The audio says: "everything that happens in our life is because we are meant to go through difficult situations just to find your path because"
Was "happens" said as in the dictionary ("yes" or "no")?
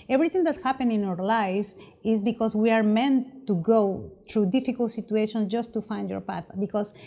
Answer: no